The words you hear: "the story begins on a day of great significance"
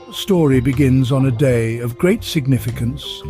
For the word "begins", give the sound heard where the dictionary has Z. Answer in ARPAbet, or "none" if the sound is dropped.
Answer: Z